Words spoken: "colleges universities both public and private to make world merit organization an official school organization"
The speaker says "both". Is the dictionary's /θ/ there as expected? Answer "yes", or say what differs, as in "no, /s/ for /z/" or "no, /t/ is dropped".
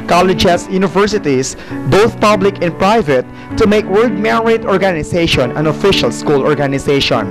yes